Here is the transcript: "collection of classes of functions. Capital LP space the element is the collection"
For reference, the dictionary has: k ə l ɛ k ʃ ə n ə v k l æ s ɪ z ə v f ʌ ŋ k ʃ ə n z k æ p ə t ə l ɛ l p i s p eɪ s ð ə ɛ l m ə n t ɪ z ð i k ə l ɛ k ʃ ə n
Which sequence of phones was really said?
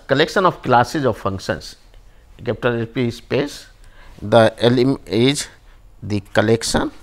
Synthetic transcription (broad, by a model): k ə l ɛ k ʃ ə n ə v k l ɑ s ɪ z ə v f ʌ ŋ k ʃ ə n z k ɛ p t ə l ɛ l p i s p eɪ s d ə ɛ l ə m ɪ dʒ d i k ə l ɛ k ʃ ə n